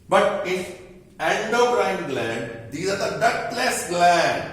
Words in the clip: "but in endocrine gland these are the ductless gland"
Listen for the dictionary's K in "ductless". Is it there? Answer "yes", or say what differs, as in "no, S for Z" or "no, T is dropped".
no, K is dropped